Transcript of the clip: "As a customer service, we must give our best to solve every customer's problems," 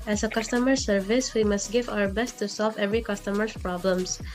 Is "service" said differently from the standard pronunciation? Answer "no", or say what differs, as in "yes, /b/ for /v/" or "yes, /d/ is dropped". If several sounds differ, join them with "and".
no